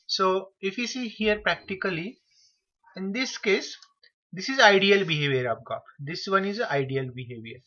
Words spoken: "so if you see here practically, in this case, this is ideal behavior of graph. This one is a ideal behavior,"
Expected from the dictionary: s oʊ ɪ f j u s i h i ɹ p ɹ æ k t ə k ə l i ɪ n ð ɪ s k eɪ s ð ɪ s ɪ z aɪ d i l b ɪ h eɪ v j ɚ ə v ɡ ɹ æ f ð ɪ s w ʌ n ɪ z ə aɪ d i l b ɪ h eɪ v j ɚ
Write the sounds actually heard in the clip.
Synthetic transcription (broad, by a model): s oʊ ɪ f j u s i h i ɹ p ɹ æ k t ə k ə l i ɪ n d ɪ s k eɪ s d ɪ s ɪ z aɪ d i l b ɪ h eɪ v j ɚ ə p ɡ ɑ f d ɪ s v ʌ n ɪ z ə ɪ d i l b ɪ h eɪ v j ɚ